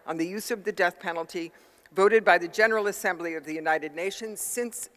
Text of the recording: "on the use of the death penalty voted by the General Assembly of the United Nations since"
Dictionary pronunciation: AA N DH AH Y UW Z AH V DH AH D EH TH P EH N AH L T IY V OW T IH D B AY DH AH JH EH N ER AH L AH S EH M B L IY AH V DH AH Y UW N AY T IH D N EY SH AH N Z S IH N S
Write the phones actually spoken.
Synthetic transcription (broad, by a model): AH N DH AH Y UW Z AH V DH AH D EH TH P EH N L T IY V OW T IH D B AY DH AH JH EH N ER L AH S EH M B L IY AH V DH AH Y UW N AY T IH D N EY SH AH N Z S IH N S